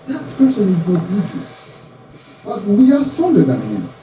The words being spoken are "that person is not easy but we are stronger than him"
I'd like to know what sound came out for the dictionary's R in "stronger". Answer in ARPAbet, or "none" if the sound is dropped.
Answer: none